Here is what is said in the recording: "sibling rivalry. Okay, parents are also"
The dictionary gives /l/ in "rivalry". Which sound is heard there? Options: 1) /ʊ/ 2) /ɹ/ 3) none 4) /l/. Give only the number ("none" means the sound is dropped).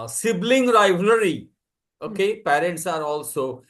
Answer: 3